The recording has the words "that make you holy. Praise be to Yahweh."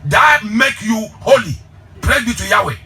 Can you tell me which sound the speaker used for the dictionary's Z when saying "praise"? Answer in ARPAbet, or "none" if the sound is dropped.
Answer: none